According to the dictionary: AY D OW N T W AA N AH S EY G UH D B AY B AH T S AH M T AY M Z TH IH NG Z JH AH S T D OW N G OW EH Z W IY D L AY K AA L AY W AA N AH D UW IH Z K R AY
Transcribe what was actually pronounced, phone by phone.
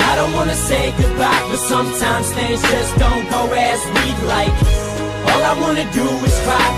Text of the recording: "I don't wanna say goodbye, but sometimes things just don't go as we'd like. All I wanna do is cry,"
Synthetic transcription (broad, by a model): AY D OW N T W AA N AH S EY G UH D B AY B AH T S AH M T AY M Z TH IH Z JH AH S D OW N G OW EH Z W IY D L AY K AA L AY W AA N AH D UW IH Z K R AY